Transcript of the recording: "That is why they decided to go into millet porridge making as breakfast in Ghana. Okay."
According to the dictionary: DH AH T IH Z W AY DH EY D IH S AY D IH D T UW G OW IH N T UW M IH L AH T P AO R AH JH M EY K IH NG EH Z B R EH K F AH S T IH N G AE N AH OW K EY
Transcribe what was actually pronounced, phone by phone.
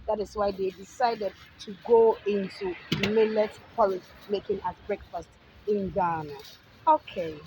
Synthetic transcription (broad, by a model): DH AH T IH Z W AY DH EY D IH S AY D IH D T UW G OW IH N T UW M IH L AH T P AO L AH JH M EY K IH NG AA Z B R EH K F AH S T IH N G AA N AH OW K EY